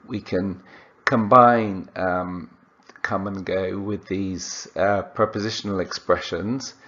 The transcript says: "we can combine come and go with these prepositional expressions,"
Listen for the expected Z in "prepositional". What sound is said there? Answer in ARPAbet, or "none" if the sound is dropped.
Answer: Z